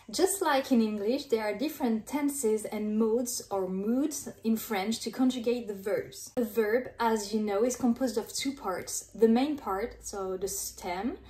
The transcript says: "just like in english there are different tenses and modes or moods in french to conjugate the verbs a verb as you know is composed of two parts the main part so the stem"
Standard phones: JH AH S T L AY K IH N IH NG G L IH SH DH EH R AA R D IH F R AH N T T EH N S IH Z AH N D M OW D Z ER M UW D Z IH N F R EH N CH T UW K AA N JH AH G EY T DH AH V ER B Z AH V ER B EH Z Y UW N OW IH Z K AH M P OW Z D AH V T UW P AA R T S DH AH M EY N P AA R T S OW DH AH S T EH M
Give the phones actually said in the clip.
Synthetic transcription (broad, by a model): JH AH S T L AY K IH N IH NG G L IH SH DH EH R AA R D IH F R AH N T T EH N S IH Z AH N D M OW D Z ER M UW D Z IH N F R EH N CH T UW K AA N JH AH G EY T DH AH V ER B Z AH V ER B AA Z Y UW N OW IH Z K AH M P OW Z D AH V T UW P AA R T S DH AH M EY N P AA R T S OW DH AH S T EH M